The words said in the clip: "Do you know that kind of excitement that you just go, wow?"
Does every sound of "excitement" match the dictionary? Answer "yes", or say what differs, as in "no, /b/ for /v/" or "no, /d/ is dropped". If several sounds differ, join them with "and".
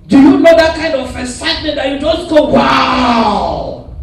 no, /k/ is dropped